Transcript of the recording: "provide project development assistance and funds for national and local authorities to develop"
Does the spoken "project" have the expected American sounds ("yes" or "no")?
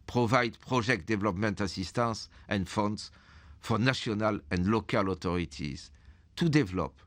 no